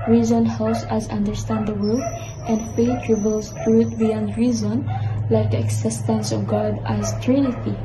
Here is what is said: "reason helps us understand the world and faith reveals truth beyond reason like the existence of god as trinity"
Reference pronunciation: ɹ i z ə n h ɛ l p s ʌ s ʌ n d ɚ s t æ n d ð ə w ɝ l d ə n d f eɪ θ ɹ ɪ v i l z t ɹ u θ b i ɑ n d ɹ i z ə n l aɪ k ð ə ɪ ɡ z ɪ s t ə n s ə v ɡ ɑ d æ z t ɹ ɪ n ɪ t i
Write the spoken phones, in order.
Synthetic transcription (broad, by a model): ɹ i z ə n h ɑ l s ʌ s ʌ n d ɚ s t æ n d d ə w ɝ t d ə n d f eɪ t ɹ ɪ b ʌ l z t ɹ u t b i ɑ n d ɹ i z ə n l aɪ k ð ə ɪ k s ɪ s t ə n s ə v ɡ ɑ d æ z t ɹ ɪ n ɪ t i